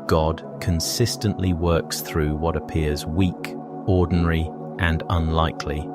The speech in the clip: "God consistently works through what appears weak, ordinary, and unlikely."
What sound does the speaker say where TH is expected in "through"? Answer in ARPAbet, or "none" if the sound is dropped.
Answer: TH